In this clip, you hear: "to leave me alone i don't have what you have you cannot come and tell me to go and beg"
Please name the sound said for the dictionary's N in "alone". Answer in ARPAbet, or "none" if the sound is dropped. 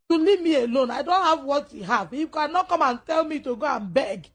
N